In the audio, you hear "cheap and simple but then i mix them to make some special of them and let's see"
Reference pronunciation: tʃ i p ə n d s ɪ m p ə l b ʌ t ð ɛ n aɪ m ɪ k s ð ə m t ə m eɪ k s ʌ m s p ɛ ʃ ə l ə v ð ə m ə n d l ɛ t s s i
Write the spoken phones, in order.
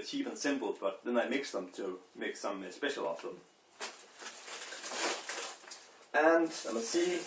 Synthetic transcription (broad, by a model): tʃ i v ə n s ɪ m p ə l b ʌ t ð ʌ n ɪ m ɪ k s ð ə m t ə m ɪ k s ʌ m s p ɛ ʃ ə l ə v ð ə m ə n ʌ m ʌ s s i